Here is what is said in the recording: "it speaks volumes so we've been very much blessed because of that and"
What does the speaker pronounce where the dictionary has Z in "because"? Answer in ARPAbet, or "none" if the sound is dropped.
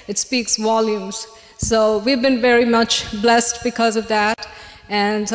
Z